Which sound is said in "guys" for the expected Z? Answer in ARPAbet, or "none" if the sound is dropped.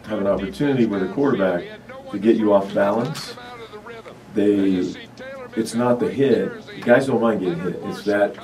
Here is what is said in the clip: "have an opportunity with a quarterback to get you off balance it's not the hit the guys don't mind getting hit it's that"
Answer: Z